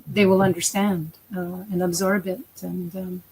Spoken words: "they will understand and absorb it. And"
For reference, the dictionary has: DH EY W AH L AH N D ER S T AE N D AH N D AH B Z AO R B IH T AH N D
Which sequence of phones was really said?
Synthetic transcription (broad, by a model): DH EY W AH L AH N D ER S T AE N D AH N AH B Z AO R B IH T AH N